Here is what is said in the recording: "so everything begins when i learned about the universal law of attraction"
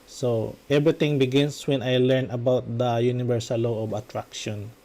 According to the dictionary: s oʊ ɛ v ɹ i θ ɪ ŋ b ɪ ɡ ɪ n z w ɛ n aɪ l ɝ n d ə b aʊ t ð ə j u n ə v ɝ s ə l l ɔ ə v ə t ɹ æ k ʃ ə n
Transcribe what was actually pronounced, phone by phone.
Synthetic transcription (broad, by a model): s oʊ ɛ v ɹ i t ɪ ŋ b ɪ ɡ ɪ n s w ɛ n aɪ l ɝ n ə b aʊ t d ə j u n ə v ɝ s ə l l ɔ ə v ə t ɹ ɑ k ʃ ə n